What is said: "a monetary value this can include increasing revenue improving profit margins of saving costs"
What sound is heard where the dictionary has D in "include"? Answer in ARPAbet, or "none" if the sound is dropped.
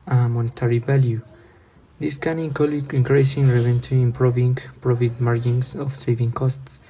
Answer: none